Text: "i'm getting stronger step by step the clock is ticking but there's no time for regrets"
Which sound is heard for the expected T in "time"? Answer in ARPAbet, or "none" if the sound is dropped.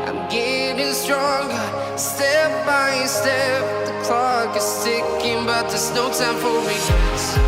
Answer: S